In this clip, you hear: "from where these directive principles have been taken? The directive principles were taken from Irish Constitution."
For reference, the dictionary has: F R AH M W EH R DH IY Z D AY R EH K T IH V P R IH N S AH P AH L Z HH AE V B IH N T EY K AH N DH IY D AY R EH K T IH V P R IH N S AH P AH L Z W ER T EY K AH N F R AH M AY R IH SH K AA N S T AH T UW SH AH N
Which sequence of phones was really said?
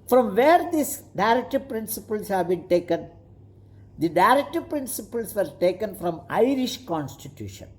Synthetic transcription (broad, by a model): F R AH M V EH R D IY S D AY R EH K T IH V P R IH N S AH P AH L S HH AE V B IH N T EY K AH N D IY D AY R EH K T IH V P R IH N S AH P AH L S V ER T EY K AH N F R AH M AY R IH SH K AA N S T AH T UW SH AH N